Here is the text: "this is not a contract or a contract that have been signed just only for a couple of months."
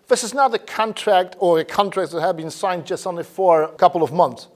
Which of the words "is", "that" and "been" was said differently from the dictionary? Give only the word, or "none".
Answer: none